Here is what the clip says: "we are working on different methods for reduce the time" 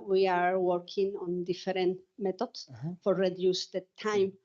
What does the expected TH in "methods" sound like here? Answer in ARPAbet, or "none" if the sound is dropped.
T